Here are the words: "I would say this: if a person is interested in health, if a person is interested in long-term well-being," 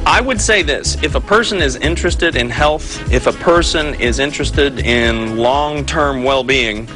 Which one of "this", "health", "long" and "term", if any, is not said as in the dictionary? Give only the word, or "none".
none